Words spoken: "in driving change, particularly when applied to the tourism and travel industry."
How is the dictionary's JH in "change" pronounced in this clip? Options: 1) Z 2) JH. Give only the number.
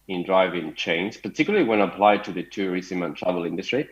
1